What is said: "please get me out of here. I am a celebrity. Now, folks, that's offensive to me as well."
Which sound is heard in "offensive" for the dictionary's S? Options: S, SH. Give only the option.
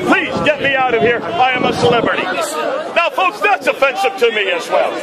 SH